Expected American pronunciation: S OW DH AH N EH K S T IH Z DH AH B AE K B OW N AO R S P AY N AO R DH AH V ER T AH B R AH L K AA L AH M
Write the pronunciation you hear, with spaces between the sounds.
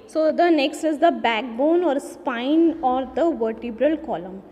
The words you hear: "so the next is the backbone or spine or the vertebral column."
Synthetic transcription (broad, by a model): S OW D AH N EH K S T IH Z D AH B AE K B OW N AO R S P AY N AO R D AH V ER T AH B R AH L K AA L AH M